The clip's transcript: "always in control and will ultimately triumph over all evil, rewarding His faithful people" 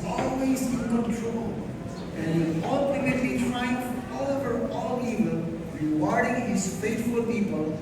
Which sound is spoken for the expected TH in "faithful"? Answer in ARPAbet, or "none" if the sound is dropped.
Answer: T